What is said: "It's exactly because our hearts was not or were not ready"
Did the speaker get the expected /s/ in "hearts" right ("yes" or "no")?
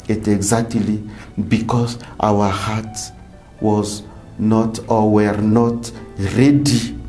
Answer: no